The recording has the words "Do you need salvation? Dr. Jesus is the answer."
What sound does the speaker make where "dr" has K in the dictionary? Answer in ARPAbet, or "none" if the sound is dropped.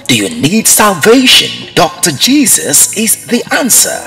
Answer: K